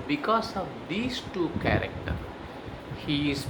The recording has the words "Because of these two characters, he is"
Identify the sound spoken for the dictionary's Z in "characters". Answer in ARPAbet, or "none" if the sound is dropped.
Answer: none